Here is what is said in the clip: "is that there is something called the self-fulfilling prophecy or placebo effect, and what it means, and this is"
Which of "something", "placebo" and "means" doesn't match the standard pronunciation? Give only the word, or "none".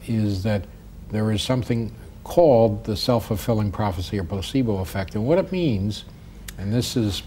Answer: placebo